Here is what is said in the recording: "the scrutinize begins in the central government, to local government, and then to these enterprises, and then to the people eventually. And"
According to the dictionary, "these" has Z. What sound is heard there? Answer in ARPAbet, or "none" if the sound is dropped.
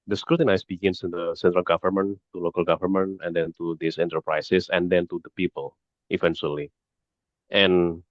S